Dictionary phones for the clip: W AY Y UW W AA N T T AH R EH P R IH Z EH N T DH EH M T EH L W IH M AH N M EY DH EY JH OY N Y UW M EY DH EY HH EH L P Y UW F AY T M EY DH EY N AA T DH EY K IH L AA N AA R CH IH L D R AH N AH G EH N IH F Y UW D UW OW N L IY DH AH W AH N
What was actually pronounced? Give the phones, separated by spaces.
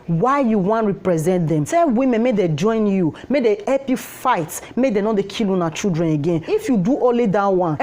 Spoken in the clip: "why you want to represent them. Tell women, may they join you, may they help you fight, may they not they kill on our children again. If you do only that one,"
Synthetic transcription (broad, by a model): W AY Y UW W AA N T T R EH P R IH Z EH N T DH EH M S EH W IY M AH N M EY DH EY JH OY N Y UW M EY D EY HH EH L P Y UW F AY T M EY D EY N AA T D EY K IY L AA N AA CH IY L D R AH N AH G EH N IH F Y UW D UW OW N L IY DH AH W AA N